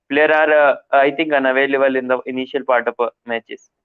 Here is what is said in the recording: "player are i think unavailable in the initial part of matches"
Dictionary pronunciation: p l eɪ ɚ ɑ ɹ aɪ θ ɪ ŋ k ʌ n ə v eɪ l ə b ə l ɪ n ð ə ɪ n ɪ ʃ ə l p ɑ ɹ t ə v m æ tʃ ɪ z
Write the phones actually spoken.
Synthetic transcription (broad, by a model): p l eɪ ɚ ɑ ɹ aɪ t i ŋ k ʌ n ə v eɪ l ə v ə l ɪ n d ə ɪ n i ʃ ə l p ɑ ɹ t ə p m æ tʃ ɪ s